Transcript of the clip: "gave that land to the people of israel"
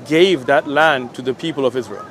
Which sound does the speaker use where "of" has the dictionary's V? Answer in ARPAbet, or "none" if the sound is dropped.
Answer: V